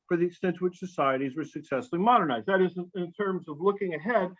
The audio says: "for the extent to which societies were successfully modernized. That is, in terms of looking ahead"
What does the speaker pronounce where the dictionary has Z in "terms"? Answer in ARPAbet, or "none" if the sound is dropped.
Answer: Z